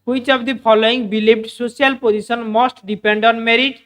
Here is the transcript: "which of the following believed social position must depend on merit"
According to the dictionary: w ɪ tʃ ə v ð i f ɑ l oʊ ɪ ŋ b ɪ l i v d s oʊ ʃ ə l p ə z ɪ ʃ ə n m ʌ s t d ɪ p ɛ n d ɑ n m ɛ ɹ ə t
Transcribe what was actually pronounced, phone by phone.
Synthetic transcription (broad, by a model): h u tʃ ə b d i p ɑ l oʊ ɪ ŋ b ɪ l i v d s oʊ s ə l p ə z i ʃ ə n m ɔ s t d ɪ p ɛ n d ɑ n m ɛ ɹ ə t